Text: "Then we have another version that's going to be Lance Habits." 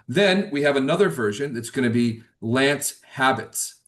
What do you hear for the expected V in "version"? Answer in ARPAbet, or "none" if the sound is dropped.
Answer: V